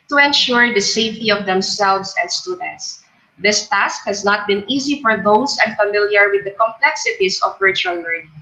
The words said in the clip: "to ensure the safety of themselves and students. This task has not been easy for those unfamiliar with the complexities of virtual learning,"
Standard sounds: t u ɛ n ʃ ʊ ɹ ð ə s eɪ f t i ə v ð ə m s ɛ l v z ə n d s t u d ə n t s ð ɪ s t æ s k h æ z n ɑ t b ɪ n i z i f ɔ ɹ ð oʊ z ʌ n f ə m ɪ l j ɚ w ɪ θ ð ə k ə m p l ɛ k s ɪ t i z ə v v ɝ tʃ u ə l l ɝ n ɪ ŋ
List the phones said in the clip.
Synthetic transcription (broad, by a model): t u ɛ n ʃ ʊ ɹ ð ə s eɪ f t i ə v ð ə m s ɛ l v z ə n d s t u d ə n t s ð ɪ s t æ s k h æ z n ɑ t b ɪ n i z i f ɔ ɹ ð oʊ s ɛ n f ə m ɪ l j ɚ w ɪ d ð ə k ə m p l ɛ k s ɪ t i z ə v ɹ tʃ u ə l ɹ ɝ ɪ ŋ